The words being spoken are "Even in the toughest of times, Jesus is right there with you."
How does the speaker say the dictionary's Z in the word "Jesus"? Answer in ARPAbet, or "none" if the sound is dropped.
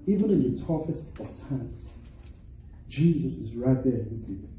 Z